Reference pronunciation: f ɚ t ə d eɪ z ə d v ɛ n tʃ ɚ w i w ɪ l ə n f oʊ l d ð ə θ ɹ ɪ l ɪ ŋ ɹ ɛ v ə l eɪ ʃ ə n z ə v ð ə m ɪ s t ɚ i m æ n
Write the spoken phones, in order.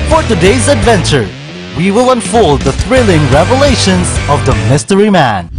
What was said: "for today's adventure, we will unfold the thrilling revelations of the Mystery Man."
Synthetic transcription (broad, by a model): f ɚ t ə d eɪ z ə d v ɛ n tʃ ɚ w i w ɪ l ə n f oʊ l d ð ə θ ɹ ɪ l ɪ ŋ ɹ ɛ v ə l eɪ ʃ ə n z ə v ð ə m ɪ s t ɚ i m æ n